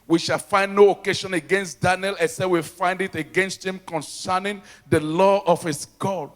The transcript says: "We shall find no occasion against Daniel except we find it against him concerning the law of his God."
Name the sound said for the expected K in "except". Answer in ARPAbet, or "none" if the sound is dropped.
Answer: none